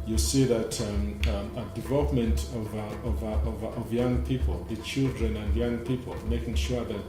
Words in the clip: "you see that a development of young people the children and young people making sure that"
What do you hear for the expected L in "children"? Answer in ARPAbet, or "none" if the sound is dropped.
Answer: L